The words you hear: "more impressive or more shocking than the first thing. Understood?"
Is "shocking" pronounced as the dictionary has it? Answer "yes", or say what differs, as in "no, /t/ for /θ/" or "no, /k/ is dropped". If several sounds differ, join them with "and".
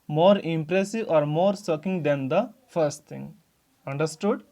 no, /s/ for /ʃ/